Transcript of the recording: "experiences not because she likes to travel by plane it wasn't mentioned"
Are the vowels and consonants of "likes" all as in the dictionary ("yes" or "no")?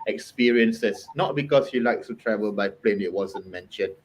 no